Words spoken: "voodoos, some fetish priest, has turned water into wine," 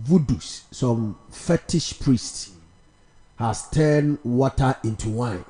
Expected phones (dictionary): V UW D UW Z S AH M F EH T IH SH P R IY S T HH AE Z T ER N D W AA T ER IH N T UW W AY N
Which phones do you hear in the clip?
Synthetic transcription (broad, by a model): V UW D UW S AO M F EH T IH SH P R IY S T HH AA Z T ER N W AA T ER IH N T UW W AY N